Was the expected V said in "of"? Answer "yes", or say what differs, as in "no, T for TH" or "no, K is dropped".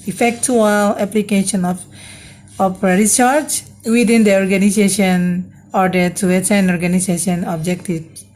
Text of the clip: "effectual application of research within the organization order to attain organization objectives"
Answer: no, P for V